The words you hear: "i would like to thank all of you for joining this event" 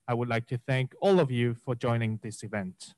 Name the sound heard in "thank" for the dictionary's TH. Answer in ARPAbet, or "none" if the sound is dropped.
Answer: TH